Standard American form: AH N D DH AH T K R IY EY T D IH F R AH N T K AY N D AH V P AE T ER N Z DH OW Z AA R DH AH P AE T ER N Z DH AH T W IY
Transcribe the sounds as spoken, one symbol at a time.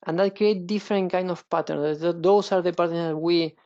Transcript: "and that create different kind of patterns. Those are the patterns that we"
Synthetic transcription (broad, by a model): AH N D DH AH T K R IY EY T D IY F R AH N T K AY N D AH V P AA T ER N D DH OW S AA R DH AH P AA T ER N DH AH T W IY